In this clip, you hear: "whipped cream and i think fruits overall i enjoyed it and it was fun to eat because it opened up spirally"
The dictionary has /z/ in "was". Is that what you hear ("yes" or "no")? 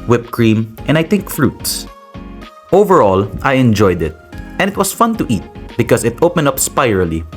no